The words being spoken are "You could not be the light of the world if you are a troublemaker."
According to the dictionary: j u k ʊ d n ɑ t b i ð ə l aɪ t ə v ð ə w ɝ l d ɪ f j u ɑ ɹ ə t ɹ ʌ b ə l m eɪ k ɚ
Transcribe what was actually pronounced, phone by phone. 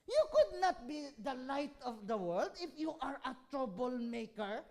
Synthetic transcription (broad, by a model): j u k ʊ d n ɑ t b i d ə l aɪ t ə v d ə w ɝ l d ɪ f j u ɑ ɹ ə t ɹ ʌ b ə l m eɪ k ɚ